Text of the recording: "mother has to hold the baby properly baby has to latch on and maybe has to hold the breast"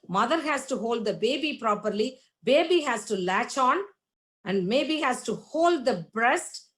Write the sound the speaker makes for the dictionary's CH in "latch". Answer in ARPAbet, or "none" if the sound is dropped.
CH